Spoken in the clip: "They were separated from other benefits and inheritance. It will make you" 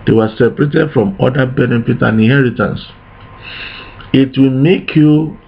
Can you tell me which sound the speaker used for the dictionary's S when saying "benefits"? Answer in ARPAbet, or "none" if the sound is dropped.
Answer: none